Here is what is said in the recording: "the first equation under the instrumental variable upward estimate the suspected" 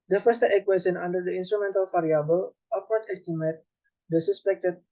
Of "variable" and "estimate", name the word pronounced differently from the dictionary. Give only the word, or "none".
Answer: variable